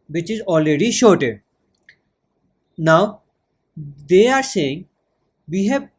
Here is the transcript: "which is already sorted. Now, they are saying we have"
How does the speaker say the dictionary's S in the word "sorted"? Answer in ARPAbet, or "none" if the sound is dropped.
SH